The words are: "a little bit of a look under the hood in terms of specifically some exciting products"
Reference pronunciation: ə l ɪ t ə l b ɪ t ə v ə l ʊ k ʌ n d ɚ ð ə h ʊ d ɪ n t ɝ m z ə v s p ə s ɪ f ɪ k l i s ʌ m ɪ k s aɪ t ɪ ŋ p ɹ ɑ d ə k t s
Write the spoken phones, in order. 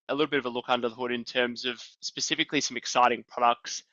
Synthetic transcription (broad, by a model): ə l ɪ t l b ɪ t ə v ə l ʊ k ʌ n d ɚ ð ə h ʊ d ɪ n t ɝ m z ə v s p ə s ɪ f ɪ k l i s ʌ m ɪ k s aɪ t ɪ ŋ p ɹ ɑ d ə k t s